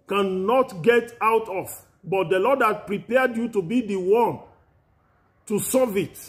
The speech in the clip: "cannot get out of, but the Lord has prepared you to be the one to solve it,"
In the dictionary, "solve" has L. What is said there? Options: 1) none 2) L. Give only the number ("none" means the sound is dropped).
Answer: 1